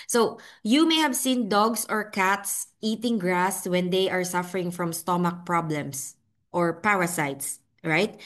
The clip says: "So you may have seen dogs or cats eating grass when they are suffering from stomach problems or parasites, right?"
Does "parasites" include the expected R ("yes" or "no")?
no